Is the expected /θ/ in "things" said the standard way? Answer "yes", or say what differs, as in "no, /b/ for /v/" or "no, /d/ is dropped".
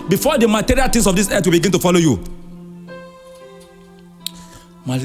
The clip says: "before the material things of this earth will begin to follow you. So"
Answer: no, /t/ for /θ/